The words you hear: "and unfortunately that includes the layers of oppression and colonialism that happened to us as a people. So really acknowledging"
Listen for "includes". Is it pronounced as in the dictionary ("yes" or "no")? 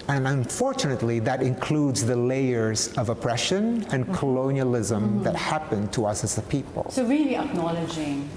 yes